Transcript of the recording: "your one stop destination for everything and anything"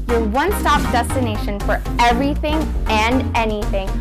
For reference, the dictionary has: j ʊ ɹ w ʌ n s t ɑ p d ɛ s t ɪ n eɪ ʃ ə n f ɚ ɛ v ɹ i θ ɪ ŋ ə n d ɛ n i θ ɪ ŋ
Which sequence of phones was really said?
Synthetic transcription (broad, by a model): j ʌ ɹ w ʌ n s t ɑ p d ɛ s t ɪ n eɪ ʃ ə n f ɚ ɛ v ɹ i θ ɪ ŋ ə n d ɛ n i θ ɪ ŋ